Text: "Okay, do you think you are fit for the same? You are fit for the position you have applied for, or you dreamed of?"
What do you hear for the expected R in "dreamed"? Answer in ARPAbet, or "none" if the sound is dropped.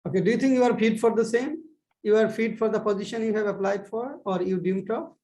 none